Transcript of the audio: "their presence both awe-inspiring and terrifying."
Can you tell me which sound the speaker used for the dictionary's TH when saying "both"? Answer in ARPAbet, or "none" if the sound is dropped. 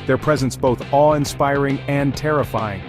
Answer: TH